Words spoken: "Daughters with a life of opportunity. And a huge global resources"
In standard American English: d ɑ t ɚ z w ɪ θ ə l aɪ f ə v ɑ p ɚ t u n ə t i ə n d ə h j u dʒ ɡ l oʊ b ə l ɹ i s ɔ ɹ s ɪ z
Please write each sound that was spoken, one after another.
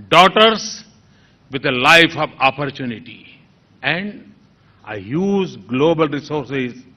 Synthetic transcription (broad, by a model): d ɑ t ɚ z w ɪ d ə l aɪ f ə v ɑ p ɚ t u n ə t i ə n d ə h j u z ɡ l oʊ b ə l ɹ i s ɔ ɹ s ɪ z